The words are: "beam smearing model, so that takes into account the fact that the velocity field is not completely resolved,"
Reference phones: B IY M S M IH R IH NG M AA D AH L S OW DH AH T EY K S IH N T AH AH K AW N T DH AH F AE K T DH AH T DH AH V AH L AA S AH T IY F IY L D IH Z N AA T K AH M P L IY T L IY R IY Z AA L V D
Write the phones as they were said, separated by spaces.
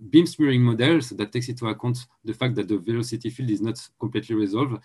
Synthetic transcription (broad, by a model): B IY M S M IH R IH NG M AA D AH L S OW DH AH T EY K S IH T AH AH K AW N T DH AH F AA K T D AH T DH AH V AH L AA S AH T IY F IY L D IH Z N AA T K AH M P L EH T L IY R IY Z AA L V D